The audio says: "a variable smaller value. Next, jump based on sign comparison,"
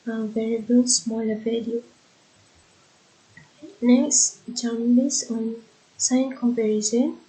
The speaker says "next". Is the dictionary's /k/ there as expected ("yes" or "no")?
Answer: yes